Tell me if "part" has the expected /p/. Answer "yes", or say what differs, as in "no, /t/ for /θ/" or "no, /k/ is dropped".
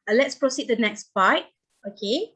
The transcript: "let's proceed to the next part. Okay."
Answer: no, /b/ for /p/